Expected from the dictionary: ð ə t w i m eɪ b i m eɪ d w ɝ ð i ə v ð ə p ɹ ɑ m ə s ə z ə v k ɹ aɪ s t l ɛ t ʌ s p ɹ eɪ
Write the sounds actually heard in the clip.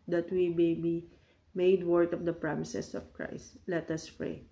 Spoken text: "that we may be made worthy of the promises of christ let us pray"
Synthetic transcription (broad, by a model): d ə t w i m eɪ b i m eɪ d w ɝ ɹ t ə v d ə p ɹ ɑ m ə s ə s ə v k ɹ aɪ s t l ɛ t ʌ s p ɹ eɪ